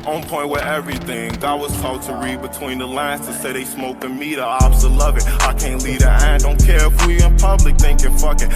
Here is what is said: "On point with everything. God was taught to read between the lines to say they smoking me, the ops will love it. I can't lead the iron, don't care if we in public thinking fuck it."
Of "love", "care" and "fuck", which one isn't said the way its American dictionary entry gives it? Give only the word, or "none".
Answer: none